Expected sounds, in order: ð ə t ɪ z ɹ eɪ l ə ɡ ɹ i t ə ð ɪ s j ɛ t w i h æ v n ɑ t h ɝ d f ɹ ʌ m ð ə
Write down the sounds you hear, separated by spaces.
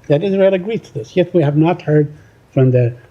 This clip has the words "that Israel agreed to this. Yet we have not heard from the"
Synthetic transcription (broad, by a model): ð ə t ɪ z ɹ eɪ l ə ɡ ɹ i t ə ð ɪ s j ɛ t w i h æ v n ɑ t h ɝ d f ɹ ʌ m ð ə